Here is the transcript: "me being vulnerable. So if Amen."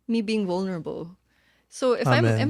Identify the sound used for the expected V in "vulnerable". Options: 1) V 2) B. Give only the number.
1